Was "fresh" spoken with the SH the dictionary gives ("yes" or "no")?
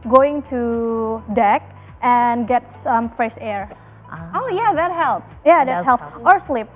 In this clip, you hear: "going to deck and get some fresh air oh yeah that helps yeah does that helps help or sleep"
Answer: no